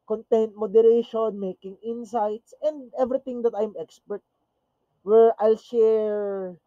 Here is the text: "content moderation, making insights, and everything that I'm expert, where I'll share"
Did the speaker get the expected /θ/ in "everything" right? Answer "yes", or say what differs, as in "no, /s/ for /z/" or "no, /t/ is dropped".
no, /t/ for /θ/